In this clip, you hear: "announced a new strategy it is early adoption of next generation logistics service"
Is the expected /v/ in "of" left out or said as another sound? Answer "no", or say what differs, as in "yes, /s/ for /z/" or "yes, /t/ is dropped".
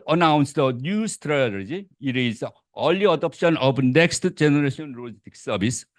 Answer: yes, /b/ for /v/